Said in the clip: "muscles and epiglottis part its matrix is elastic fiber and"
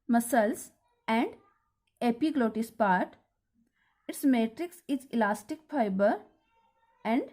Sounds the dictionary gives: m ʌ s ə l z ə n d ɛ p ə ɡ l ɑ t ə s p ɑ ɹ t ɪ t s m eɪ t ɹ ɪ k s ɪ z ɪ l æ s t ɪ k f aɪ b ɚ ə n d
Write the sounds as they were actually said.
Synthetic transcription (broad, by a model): m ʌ s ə l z ə n d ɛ p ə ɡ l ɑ t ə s p ɑ ɹ t ɪ t s m eɪ t ɹ ɪ k s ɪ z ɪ l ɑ s t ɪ k f aɪ b ɚ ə n d